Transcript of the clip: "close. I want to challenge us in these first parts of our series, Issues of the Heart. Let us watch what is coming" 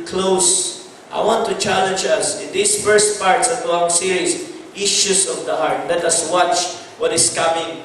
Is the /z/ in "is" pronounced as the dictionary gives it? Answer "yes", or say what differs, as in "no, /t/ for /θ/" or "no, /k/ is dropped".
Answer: no, /s/ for /z/